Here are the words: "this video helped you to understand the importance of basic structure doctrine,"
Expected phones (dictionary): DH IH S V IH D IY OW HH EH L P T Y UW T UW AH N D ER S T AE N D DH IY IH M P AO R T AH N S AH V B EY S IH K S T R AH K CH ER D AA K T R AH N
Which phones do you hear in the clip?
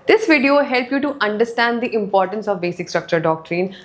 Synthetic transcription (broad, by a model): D IH S V IH D IY OW HH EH L P Y UW T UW AH N D ER S T AE N D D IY IH M P AO R T AH N S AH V B EY S IH K S T R AH K CH ER D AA K T R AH N